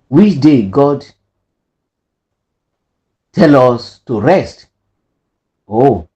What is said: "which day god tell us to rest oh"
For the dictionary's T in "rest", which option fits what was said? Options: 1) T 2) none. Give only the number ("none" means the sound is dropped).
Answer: 1